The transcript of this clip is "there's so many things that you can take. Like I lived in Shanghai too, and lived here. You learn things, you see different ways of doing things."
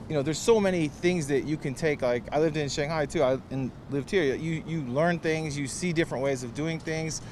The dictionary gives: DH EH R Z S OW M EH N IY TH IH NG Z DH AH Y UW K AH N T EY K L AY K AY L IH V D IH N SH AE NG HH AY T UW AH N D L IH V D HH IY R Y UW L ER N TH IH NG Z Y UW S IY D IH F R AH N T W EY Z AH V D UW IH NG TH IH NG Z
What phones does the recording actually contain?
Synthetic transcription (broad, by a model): DH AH R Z S OW M EH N IY TH IH NG Z DH AH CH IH K AH N T EY K L AY K AY L IH V D IH N SH AE NG HH AY T UW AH N L IH V D HH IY R Y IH L ER N TH IH NG Z Y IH S IY D IH F R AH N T W EY Z AH V D UW IH NG TH IH NG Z